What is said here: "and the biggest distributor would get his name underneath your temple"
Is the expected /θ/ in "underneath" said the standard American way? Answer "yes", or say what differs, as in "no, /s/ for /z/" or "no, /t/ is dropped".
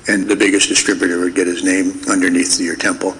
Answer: yes